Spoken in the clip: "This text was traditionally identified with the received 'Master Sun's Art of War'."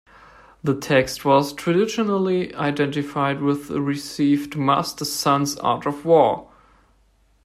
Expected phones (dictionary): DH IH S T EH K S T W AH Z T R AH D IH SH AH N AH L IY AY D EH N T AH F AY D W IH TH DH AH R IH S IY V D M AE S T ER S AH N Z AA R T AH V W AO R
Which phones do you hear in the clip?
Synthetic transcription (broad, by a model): DH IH T EH K S T W AH Z T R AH D IH SH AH N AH L IY AY D EH N T AH F AY D W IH DH AH R IH S IY V D M AE S T ER S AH N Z AA R T AH V W AO R